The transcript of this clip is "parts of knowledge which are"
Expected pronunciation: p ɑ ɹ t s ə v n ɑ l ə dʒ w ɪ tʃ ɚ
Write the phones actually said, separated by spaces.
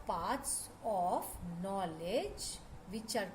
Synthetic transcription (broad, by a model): p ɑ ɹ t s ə p n ɑ l ə dʒ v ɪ tʃ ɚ